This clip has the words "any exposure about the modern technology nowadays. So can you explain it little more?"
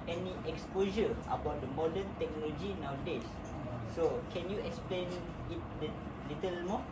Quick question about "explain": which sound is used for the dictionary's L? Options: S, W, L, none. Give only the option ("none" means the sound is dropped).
L